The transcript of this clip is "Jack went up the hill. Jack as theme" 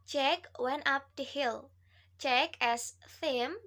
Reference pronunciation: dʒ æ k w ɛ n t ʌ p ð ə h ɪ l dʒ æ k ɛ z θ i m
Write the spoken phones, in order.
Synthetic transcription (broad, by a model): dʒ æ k w ɛ n t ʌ p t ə h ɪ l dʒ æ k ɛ s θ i m